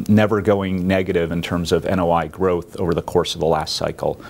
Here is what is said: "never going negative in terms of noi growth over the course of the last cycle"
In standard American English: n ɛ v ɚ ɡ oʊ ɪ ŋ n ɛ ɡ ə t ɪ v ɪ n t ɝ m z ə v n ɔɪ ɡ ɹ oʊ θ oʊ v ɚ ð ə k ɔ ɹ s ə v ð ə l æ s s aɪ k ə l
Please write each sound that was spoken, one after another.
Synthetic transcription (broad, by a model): n ɛ v ɚ ɡ oʊ ɪ ŋ n ɛ ɡ ə t ɪ v ɪ n t ɝ m z ə v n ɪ ɡ ɹ oʊ θ oʊ v ɚ ð ə k ɔ ɹ s ə v ð ə l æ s s aɪ k l